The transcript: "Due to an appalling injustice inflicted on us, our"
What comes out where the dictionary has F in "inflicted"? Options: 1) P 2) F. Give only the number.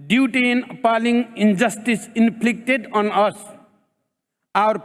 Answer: 1